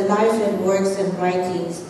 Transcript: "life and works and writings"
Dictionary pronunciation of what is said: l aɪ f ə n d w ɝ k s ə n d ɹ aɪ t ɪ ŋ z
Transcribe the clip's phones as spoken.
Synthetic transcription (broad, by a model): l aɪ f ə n w ɝ k s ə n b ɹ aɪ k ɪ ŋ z